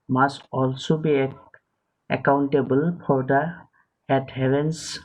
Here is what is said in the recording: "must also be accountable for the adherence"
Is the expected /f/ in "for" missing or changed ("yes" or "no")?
yes